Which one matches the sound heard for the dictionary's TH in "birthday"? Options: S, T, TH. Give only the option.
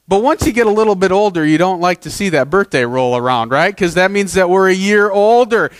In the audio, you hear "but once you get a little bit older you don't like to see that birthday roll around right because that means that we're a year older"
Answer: TH